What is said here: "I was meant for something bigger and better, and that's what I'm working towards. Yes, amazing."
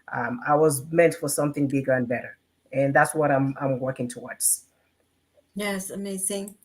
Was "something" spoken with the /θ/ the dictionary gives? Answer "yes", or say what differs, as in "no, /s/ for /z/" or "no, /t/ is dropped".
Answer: yes